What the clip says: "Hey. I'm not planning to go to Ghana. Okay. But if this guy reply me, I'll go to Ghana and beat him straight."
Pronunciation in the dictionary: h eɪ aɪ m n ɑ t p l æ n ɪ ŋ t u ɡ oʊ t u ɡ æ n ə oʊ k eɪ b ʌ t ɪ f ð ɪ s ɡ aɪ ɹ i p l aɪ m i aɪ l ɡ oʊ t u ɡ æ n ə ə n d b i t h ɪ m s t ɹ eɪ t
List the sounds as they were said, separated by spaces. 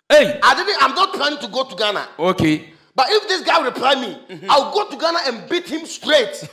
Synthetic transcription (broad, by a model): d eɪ aɪ m n ɑ t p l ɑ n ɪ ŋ t u ɡ oʊ t u ɡ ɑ n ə oʊ k eɪ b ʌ t ɪ f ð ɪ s ɡ aɪ ɹ i p l aɪ m i aɪ w ɡ oʊ t u ɡ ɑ n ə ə n b i t h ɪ m s t ɹ eɪ t